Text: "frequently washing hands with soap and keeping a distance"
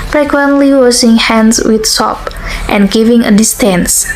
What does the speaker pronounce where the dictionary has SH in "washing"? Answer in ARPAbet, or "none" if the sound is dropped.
S